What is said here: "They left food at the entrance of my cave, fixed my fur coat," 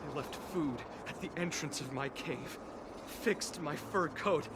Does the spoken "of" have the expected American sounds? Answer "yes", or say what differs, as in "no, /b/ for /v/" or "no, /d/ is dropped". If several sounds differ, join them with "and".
yes